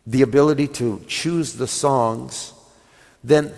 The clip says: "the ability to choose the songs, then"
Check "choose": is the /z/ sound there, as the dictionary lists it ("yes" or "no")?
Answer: yes